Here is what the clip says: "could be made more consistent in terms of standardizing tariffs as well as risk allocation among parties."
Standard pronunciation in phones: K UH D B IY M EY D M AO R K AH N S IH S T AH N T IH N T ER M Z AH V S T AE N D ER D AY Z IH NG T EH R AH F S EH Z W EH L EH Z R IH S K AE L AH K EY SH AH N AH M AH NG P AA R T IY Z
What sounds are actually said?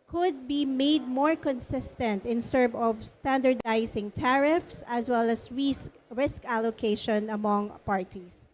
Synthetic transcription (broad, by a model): K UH D B IY M EY D M AO R K AH N S IH S T AH N T IH N S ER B AH V S T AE N D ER D AY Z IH NG T EH R AH F S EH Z W EH L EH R R IH S K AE L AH K EY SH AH N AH M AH NG P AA R T IY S